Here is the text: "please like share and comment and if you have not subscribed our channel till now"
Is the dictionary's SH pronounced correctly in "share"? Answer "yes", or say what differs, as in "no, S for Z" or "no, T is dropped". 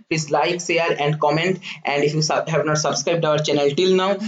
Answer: no, S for SH